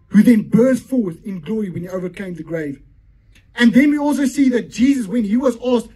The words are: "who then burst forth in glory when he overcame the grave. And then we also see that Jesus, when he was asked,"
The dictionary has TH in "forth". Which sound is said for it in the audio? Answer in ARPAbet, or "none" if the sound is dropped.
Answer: TH